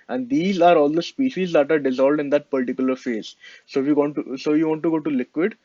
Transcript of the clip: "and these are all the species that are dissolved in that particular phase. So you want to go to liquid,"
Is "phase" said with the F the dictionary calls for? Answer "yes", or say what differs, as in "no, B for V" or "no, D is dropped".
yes